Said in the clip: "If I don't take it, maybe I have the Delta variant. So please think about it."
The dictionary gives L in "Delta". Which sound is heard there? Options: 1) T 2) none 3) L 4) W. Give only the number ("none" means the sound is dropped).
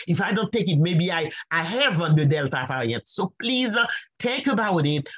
3